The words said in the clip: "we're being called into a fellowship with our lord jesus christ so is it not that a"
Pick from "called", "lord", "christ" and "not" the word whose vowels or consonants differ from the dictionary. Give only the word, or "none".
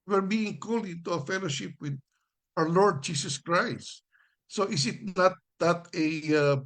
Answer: called